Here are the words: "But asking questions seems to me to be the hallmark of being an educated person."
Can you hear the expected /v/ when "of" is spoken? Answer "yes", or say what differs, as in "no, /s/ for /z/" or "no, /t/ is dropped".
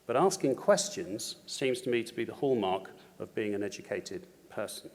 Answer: yes